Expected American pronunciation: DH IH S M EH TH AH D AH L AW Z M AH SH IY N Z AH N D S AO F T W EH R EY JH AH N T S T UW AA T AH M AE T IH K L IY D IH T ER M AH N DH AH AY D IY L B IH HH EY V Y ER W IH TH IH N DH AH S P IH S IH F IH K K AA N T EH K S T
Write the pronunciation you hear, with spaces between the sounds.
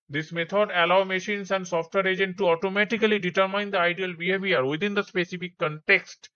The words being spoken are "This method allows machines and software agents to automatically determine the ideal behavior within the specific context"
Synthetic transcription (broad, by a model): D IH S M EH T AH D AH L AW M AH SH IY N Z AH N D S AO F T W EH R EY JH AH N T T UW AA T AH M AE T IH K L IY D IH T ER M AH N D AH AY D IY L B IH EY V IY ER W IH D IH N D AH S P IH S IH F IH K K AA N T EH K S T